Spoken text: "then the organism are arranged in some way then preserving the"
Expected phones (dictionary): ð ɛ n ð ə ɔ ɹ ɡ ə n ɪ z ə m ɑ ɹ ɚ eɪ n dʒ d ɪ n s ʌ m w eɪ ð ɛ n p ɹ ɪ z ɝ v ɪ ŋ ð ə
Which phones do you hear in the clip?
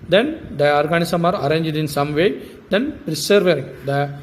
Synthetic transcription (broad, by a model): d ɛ n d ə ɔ ɹ ɡ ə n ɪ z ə m ɑ ɹ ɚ eɪ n dʒ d ɪ n s ʌ m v eɪ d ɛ n p ɹ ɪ s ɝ v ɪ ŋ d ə